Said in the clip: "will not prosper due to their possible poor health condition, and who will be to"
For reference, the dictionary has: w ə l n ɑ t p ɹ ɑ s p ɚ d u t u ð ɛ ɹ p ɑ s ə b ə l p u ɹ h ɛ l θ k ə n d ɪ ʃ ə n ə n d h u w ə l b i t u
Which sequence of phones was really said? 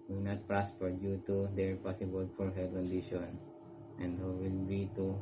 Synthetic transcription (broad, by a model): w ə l n ɑ t p ɹ ɑ s p ɚ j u t u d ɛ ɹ p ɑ s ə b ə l f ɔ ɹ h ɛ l k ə n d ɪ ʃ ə n ə n d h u w ə l b i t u